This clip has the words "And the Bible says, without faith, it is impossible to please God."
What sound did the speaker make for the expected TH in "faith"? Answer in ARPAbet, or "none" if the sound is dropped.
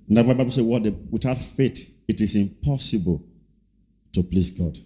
T